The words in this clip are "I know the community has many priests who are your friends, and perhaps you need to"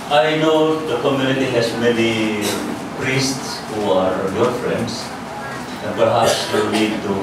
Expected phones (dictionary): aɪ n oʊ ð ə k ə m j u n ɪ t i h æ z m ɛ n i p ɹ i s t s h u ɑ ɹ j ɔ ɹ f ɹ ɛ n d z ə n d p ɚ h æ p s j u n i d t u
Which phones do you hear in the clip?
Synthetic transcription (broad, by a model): aɪ n oʊ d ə k ə m j u n ɪ t i h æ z m ɛ n i p ɹ i s t s h u ɑ ɹ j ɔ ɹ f ɹ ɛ n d s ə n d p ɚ h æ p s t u l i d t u